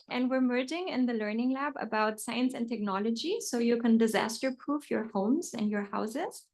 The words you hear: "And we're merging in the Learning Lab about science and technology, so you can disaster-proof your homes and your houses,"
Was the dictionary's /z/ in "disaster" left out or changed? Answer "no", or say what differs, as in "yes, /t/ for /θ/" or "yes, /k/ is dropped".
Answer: no